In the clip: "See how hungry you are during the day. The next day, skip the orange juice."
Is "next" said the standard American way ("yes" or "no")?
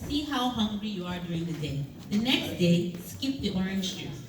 yes